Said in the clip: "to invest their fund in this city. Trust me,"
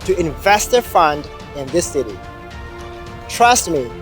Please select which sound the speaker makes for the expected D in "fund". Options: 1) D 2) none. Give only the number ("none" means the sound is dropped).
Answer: 1